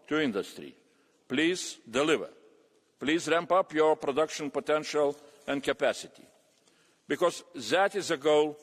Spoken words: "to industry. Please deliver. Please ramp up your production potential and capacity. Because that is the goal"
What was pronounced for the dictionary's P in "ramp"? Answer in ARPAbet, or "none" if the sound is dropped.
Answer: P